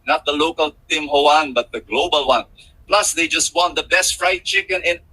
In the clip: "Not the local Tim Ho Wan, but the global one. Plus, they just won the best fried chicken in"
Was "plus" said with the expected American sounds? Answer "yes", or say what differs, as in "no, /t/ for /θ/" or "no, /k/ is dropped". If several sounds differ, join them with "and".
yes